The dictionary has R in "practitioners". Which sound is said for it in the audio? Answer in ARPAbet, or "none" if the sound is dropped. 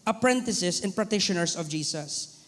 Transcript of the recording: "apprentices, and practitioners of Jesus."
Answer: none